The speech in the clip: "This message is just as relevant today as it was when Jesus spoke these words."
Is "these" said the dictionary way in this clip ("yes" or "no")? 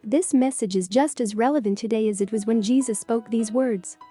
yes